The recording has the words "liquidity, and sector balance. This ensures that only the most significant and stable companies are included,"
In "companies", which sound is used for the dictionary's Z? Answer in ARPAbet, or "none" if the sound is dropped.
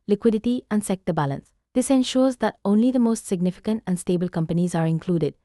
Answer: Z